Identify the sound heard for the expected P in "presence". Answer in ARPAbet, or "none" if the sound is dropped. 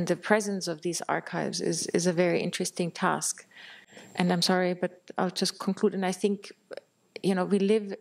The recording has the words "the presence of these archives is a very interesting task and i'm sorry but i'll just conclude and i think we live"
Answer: P